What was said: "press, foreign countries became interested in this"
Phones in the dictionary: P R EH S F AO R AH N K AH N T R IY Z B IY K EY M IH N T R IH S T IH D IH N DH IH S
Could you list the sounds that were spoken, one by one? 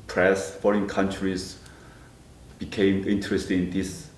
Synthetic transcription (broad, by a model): P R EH S F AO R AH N K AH N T R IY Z B IY K EY M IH N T R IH S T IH IH N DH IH S